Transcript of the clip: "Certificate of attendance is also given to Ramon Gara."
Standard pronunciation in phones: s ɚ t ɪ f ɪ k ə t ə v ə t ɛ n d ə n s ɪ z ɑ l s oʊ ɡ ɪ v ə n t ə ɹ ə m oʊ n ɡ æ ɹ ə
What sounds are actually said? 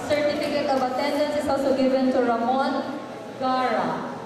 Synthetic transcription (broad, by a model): s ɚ t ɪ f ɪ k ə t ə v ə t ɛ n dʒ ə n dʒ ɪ s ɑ s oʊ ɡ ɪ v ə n t ə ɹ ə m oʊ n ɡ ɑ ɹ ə